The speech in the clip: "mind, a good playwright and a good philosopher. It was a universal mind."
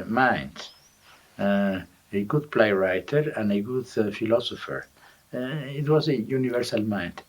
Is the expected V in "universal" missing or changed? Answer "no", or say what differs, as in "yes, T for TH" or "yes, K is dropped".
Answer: no